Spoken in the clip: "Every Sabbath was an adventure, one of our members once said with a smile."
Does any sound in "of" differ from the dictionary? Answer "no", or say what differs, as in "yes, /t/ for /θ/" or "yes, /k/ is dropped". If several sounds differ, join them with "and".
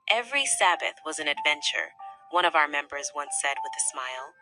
no